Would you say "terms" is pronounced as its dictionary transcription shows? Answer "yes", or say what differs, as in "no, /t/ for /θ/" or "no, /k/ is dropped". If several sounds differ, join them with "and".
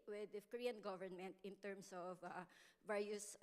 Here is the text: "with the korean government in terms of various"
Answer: no, /s/ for /z/